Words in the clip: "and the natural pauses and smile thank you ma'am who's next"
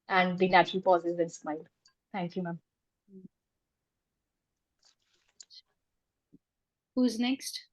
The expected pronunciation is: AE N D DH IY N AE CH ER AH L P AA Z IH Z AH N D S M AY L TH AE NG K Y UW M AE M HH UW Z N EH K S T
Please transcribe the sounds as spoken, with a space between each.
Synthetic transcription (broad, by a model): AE N D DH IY N AE CH ER AH L P AA Z IH Z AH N S M AY L T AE NG K Y UW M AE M HH UW Z N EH K S T